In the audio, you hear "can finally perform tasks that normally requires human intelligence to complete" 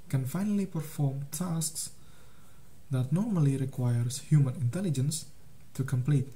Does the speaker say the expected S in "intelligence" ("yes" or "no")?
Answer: yes